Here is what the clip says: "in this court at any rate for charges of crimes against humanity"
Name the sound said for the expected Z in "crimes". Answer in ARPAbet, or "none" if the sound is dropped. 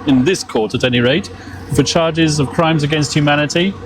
Z